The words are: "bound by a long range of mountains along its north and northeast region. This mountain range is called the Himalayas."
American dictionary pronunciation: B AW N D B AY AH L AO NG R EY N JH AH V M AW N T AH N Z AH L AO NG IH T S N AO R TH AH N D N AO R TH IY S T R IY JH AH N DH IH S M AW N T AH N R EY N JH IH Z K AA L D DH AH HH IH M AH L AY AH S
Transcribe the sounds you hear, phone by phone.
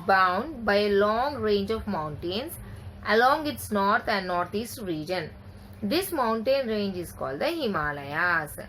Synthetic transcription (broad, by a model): B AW N D B AY AH L AO NG R EY N JH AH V M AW N T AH N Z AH L AO NG IH T S N AO R T AH N D N AO R T IY S T R IY JH AH N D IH S M AW N T AH N R EY N JH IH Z K AA L D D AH HH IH M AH L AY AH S